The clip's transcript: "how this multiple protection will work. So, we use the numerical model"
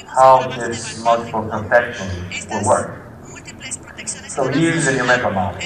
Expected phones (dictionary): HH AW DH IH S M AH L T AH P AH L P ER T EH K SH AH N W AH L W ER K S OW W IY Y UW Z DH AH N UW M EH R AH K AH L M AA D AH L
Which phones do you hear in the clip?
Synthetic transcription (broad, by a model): HH AW DH IH S M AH L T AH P L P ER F EH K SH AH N W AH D W ER K S OW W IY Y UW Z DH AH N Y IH L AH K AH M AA